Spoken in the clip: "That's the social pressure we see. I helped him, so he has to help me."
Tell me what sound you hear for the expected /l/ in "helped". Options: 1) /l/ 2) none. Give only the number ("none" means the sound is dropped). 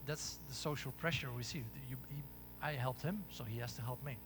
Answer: 1